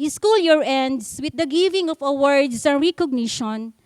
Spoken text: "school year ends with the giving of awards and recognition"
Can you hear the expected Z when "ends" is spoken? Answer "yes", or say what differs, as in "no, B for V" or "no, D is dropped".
no, S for Z